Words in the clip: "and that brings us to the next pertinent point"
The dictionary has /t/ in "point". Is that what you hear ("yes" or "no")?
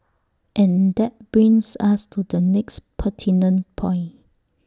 no